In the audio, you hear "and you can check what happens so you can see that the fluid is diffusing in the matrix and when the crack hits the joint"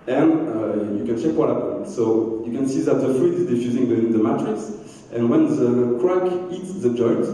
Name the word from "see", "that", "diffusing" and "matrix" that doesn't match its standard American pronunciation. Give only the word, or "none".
matrix